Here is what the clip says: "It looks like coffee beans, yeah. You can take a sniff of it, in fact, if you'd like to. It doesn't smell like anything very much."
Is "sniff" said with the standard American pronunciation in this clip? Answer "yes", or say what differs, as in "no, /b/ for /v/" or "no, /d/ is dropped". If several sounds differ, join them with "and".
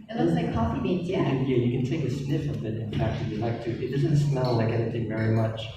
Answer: yes